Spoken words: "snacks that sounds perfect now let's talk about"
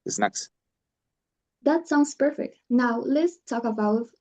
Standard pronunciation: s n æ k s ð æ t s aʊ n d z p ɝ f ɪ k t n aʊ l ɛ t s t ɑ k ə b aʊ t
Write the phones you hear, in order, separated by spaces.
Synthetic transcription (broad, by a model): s n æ k s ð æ t s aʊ n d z p ɝ f ɪ k t n aʊ l ɛ t s t ɑ k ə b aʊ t